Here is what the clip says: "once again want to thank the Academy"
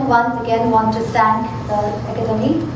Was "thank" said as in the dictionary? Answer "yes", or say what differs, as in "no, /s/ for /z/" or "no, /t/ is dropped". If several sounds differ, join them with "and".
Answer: no, /t/ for /θ/